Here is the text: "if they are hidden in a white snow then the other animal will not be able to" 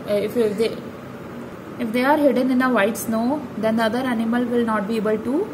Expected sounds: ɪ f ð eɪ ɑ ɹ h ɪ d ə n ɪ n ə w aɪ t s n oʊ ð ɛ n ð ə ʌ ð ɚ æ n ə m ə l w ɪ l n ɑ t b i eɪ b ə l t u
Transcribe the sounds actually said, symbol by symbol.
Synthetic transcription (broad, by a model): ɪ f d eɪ ɑ ɹ h ɪ d ə n ɪ n ə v aɪ t s n oʊ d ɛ n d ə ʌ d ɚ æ n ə m ə l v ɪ l n ɑ t b i eɪ b ə l t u